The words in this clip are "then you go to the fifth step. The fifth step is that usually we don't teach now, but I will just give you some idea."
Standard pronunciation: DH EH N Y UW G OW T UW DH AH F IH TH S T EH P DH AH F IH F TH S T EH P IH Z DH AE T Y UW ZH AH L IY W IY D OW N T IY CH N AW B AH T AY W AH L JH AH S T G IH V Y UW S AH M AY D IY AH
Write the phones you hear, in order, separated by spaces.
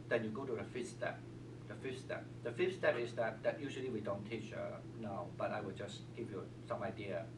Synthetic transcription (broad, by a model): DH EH N Y UW G OW T UW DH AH F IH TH S T EH P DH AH F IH F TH S T EH P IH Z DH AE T Y UW ZH AH L IY W IY D OW N T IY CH N AW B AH T AY W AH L JH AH S G IH V Y UW S AH M AY D IY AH